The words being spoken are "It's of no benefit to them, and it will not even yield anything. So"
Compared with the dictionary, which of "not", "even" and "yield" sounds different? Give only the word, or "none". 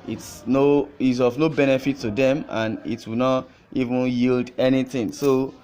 none